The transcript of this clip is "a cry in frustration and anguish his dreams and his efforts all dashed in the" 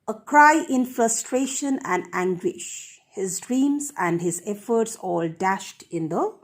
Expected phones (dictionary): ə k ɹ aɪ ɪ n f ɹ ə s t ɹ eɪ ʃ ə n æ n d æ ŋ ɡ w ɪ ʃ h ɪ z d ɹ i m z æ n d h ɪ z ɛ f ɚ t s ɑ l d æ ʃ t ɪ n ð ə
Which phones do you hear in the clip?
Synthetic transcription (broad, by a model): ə k ɹ aɪ ɪ n f ɹ ə s t ɹ eɪ ʃ ə n æ n d æ ŋ ɡ w ɪ ʃ h ɪ z d ɹ i m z æ n d h ɪ z ɛ f ɚ t s ɑ l d æ ʃ t ɪ n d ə